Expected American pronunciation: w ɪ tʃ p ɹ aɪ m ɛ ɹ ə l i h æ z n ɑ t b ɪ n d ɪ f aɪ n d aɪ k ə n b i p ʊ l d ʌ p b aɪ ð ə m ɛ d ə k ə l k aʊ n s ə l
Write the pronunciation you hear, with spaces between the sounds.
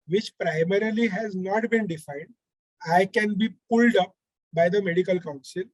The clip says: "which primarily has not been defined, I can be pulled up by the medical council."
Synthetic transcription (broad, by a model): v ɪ tʃ p ɹ aɪ m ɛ ɹ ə l i h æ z n ɑ t b ɪ n d ɪ f aɪ n d aɪ k ə n b i p ʊ l d ʌ p b aɪ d ə m ɛ d ə k ə l k aʊ n s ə l